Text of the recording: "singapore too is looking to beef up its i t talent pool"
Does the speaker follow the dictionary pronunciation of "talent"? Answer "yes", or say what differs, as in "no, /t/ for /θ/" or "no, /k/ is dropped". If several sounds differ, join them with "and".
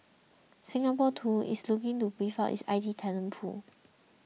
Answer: no, /n/ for /l/